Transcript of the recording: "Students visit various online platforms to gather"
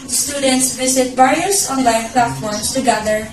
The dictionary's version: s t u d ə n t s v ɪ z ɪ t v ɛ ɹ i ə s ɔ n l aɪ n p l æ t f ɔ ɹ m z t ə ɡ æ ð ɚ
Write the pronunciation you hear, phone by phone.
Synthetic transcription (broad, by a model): s t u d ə n t s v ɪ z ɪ t b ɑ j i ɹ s ɔ n l aɪ n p l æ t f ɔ ɹ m s t ə ɡ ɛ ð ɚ